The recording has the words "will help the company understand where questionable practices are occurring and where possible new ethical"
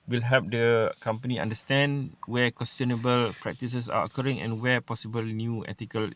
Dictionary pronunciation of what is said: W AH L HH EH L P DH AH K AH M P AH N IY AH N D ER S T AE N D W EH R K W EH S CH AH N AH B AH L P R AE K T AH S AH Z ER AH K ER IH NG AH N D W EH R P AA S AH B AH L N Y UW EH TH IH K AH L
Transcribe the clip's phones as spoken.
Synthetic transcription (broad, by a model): W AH L HH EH P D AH K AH M P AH N IY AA N D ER S T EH N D W EH K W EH S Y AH N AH B AH L P R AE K T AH S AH S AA AH K ER IH NG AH N W EH P AA S AH B AH L N Y UW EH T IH K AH L